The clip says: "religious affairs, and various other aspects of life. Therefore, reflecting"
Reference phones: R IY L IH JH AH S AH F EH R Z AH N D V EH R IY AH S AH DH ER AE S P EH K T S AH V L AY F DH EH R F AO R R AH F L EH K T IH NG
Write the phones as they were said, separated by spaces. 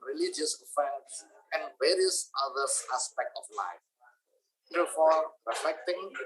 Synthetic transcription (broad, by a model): R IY L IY JH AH S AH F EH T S AH N D V EH R IY AH S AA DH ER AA S P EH K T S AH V L AY F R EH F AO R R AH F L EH K T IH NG